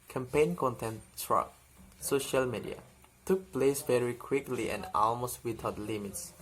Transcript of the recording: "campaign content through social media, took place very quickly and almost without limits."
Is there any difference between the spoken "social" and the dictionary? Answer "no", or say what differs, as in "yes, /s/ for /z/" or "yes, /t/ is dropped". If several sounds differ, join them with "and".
no